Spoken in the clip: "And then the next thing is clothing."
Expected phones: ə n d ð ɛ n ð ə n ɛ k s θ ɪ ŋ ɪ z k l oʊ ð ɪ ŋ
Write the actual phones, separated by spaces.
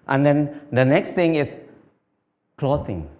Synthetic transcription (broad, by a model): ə n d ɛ n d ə n ɛ k s t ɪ ŋ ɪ s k l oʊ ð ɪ ŋ